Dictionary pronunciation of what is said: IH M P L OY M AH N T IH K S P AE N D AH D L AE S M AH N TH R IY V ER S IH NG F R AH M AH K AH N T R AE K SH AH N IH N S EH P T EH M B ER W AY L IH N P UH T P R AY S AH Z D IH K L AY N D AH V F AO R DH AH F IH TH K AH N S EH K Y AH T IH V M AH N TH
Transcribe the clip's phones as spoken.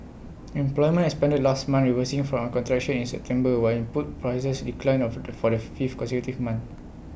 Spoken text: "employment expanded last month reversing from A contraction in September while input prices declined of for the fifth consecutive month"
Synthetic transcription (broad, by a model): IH M P L OY M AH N IH S P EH N D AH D L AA S M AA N R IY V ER S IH NG F R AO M AH K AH N T R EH K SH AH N IH N S EH P T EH M B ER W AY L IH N P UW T P R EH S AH S D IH K L AY N AH F AO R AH F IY F K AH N S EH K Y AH T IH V M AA N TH